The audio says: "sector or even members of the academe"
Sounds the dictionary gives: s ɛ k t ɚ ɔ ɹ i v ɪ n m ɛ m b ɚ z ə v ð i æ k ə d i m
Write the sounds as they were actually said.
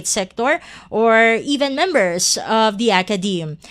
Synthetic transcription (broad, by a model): s ɛ k t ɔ ɔ ɹ i v ɪ n m ɛ m b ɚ s ə v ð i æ k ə d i m